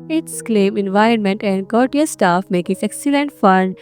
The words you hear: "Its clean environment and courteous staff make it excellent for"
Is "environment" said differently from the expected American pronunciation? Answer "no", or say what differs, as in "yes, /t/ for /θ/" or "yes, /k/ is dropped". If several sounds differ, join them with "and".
no